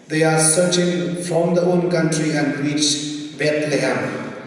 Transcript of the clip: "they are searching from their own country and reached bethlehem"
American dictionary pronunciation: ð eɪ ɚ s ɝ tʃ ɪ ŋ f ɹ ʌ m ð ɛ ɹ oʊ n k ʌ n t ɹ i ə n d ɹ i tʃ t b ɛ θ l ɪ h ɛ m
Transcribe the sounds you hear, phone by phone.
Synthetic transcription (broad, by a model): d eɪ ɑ s ɝ tʃ ɪ ŋ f ɹ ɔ m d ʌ oʊ n k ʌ n t ɹ i ə n d w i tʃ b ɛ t l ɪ h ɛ m